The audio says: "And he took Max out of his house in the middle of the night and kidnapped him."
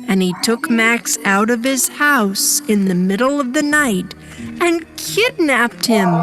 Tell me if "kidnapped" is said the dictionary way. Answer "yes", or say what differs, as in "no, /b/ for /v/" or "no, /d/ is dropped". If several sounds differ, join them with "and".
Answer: yes